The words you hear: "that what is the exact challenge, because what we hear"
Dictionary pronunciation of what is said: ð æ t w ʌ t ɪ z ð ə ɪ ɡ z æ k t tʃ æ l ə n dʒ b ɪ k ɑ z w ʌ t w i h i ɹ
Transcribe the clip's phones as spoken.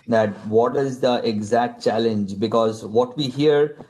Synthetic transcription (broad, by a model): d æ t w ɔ t ɪ z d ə ɪ ɡ z æ k t tʃ æ l ə n dʒ b ɪ k ɑ z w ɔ t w i h i ɹ